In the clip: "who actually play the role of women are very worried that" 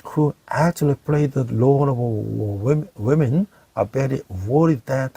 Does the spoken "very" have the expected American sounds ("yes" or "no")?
no